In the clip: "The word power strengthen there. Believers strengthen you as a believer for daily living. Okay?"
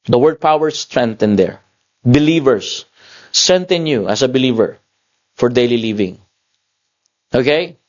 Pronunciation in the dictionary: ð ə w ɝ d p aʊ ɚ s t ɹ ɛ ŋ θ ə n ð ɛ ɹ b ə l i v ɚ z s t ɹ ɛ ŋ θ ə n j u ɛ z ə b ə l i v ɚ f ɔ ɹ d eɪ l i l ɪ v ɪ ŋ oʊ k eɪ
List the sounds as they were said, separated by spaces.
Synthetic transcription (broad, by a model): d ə w ɝ d p aʊ ɚ s t ɹ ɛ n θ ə n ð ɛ ɹ b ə l i v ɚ s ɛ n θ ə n j u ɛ s ə b ə l i v ɚ f ɔ ɹ d eɪ l i l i v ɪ ŋ oʊ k eɪ